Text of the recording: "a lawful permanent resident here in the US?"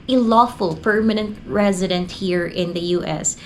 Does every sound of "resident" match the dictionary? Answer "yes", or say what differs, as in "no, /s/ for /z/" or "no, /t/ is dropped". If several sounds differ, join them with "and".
yes